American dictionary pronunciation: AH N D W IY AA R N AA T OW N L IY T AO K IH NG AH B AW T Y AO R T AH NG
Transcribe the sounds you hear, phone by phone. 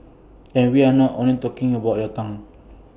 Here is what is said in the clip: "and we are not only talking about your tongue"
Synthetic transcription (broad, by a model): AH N W IY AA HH N AA T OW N IY T AO K IH NG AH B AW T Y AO T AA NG